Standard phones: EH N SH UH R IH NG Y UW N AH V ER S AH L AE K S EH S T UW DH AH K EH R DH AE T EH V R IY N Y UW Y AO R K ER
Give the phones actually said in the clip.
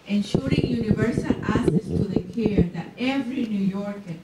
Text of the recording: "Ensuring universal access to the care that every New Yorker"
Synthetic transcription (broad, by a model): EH N SH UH R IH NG Y UW N AH V ER S AH L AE S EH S T UW DH AH K EH R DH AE T EH V R IY N Y UW Y AO R K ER